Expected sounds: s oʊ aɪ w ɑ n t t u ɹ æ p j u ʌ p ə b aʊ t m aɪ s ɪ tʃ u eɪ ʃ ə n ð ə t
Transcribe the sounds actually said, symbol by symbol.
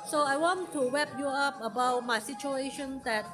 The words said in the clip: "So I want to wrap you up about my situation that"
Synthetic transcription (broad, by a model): s oʊ aɪ w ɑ n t t u w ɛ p j u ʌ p ə b aʊ t m aɪ s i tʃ u eɪ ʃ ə n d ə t